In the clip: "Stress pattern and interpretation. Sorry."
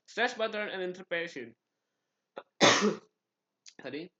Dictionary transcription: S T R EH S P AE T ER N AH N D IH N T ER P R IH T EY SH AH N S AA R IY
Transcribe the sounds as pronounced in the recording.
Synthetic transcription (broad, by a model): S T R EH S B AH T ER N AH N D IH N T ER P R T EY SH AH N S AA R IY